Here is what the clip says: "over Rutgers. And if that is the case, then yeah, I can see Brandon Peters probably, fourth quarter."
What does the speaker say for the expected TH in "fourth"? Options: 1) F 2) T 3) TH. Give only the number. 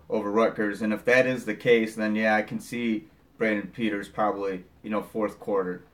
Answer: 3